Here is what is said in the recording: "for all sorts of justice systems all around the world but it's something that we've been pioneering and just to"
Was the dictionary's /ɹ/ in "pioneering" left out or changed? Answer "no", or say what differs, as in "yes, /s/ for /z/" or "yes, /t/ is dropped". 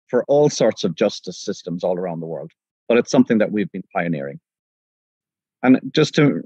no